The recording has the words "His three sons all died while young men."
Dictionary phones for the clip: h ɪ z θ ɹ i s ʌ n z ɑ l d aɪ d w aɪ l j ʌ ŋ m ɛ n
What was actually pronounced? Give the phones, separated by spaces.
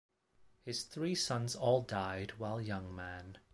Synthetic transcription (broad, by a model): h ɪ z θ ɹ i s ʌ n z ɑ l d aɪ d w aɪ l j ʌ ŋ m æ n